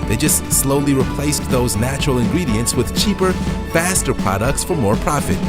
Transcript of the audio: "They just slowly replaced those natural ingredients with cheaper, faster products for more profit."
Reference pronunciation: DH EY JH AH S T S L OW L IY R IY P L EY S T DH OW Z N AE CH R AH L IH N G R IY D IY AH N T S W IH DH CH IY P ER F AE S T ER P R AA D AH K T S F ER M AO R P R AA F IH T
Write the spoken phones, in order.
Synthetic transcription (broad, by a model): DH EY JH AH S T S L OW L IY R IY P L EY S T DH OW Z N AE CH R L IH N G R IY D IY AH N T S W IH DH CH IY P ER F AE S T ER P R AA D AH K T S F ER M AO R P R AA F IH T